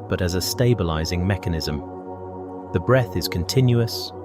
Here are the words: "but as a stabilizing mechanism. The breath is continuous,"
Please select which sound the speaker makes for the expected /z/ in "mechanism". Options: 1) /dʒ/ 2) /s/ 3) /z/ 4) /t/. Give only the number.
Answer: 3